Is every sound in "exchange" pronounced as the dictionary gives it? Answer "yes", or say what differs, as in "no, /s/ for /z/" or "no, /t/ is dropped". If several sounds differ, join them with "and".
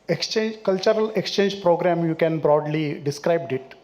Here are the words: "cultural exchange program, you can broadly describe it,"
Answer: yes